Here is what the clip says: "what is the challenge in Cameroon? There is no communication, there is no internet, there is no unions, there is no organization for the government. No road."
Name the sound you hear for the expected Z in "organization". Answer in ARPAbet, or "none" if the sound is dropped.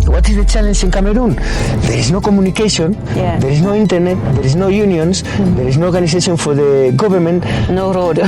S